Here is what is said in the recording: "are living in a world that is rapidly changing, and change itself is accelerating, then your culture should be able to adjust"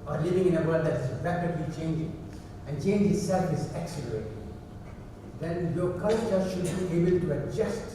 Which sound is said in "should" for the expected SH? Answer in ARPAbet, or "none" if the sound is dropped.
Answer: SH